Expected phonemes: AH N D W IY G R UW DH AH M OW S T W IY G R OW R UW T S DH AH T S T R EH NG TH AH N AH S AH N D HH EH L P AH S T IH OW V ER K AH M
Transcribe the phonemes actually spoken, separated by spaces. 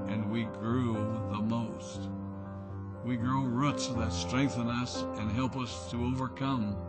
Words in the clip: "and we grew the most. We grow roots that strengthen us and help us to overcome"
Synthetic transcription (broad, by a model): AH N W IY G R UW DH AH M OW S T W IY G R OW R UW T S DH AH T S T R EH NG TH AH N AH S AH N HH EH L P AH S T IH OW V ER K AH M